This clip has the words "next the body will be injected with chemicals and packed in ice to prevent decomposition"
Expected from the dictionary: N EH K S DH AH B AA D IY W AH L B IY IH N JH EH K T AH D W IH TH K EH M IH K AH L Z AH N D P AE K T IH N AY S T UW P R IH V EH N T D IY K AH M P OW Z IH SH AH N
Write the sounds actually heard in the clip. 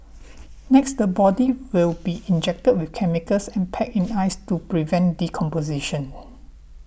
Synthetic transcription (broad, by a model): N EH K S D AH B AA D IY W AH L B IY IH N JH EH K T AH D W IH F K EH M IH K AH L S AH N P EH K IH N AY S T UW P R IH V EH N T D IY K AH M P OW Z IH SH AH N